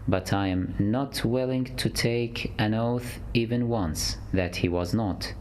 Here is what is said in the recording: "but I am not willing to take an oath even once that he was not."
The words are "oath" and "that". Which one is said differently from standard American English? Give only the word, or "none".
none